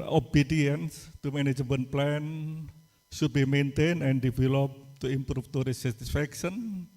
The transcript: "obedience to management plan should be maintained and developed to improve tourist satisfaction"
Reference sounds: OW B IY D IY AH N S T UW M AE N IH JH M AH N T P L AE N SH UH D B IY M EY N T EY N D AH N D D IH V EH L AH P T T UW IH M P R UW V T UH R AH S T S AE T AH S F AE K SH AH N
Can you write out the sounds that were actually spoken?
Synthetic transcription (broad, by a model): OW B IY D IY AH N S T UW M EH N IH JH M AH N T P L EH N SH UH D B IY M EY N T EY N AH N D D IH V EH L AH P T T UW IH M P R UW F T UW R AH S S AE T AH S F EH K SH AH N